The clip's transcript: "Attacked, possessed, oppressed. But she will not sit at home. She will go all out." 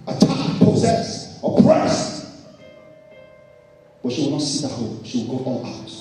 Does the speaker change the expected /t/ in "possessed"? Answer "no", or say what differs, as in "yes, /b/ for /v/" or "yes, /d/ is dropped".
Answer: yes, /t/ is dropped